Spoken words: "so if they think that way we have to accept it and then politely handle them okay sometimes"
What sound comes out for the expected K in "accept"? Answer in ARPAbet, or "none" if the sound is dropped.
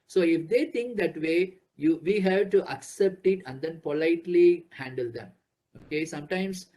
K